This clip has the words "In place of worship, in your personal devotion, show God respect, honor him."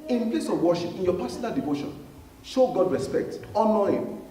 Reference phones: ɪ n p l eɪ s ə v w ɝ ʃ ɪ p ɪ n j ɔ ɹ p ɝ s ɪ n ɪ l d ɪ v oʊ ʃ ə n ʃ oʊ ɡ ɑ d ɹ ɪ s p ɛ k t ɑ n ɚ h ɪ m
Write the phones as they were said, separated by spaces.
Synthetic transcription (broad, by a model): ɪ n p l eɪ s ə v w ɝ ʃ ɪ p ɪ n j ɔ p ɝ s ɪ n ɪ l d ɪ v oʊ ʃ ə n ʃ oʊ ɡ ɑ d ɹ ɪ s p ɛ k t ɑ n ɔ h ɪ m